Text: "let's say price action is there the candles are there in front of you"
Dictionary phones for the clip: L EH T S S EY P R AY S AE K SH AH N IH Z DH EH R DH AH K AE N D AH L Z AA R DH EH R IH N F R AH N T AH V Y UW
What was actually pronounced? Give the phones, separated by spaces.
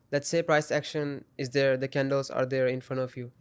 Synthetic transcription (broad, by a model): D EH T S S EY P R AY S AE K SH AH N IH Z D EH R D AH K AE N D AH L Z AA R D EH R IH N F R AH N T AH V Y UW